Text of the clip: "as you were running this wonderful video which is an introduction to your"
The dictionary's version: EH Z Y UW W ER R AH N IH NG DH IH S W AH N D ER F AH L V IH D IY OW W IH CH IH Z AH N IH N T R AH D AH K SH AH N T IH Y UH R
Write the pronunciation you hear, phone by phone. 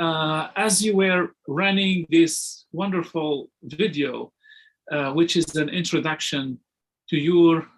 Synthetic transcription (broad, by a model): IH Z Y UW W ER R AH N IH NG DH IH S W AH N D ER F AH L V IH D IY OW W IH CH IH Z AH N IH N T R AH D AH K SH AH N T IH Y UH R